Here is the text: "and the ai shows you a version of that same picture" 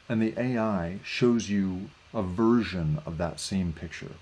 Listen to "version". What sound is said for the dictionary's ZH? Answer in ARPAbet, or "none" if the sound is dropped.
ZH